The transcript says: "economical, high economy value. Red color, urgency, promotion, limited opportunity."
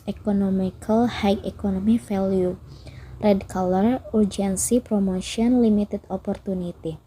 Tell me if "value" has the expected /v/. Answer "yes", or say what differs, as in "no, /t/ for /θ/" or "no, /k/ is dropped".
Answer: no, /f/ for /v/